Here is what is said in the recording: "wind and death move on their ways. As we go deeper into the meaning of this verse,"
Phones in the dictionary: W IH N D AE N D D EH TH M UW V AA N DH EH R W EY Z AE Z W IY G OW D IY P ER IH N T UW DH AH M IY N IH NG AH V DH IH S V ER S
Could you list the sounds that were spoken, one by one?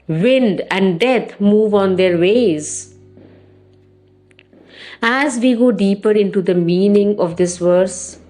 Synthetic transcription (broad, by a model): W IH N D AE N D D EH T M UW V AA N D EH R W EY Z AE Z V IY G OW D IY P ER IH N T UW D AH M IY N IH NG AH V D IH S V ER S